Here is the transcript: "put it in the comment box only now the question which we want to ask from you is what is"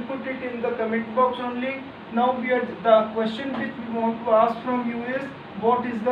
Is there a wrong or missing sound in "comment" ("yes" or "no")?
yes